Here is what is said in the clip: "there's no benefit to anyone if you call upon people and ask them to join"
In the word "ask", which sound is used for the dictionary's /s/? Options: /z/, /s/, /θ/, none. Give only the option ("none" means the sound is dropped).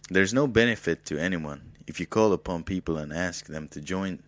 /s/